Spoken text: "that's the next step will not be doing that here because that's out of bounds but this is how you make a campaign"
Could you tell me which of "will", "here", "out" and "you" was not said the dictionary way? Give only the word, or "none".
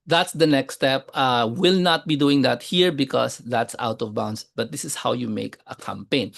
none